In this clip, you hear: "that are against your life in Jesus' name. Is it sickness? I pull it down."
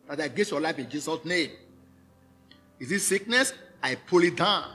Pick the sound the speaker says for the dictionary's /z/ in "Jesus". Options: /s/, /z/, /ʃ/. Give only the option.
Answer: /s/